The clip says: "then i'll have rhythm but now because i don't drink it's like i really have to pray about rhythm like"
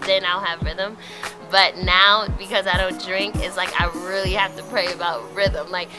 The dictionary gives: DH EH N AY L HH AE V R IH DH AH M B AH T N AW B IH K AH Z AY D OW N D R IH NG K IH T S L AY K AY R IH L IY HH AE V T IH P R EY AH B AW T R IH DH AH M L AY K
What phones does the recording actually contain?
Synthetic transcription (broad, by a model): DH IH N AY L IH V R IH DH AH M B AH T N AW B IH K AH Z AY D OW N D R IH NG K IH T S L AY K AY R IH L IY HH AE F T IH P R EY AH B AW T R IH DH AH M L AY K